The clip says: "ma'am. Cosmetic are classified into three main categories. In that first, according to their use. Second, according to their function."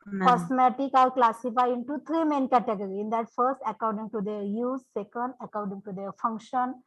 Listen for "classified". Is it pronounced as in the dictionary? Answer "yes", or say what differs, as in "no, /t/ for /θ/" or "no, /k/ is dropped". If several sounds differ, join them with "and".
no, /d/ is dropped